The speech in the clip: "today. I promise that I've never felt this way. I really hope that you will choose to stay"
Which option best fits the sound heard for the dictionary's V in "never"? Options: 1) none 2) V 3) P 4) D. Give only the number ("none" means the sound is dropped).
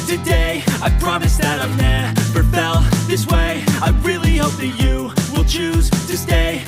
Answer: 3